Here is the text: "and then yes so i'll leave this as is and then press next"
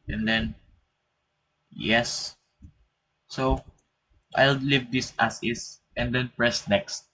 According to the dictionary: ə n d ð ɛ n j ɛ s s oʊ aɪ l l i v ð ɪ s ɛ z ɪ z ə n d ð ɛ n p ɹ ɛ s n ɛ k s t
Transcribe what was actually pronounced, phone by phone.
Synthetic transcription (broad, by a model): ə n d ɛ n j ɛ s s oʊ aɪ l l i v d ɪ s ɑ s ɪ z ə n d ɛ n p ɹ ɛ s n ɛ k s t